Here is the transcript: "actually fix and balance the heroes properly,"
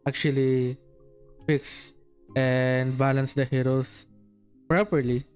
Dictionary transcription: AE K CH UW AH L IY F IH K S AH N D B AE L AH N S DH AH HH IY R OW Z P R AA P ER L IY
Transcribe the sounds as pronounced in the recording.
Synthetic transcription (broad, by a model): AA K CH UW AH L IY F IH K S AH N D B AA L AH N S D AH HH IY R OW S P R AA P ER L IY